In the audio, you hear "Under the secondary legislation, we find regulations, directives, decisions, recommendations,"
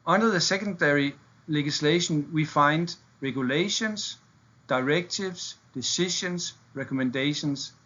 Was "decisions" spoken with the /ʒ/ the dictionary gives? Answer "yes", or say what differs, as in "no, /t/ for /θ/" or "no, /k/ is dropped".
no, /ʃ/ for /ʒ/